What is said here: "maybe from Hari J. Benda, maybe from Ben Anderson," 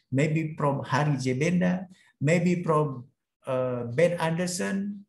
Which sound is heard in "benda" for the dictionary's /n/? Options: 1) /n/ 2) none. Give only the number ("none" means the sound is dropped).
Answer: 1